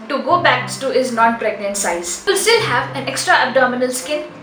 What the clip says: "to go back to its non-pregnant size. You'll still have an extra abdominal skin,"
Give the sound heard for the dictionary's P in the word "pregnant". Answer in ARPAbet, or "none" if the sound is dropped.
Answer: P